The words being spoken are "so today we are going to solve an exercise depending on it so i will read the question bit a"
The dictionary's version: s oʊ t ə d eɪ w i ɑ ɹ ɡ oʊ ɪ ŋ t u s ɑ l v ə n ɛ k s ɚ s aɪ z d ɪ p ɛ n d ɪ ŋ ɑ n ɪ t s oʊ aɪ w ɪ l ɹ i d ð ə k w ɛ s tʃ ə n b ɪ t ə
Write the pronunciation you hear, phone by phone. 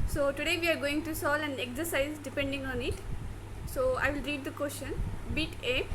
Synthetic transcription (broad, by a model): s oʊ t ə d eɪ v i ɑ ɹ ɡ oʊ ɪ ŋ t u s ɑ l ə n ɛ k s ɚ s aɪ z d ɪ p ɛ n d ɪ ŋ ɑ n ɪ t s oʊ aɪ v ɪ l ɹ i d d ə k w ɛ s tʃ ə n b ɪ t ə